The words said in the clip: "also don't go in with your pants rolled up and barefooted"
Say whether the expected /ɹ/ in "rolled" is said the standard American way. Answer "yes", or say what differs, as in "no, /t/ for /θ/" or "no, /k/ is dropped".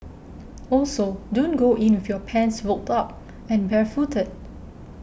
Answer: no, /w/ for /ɹ/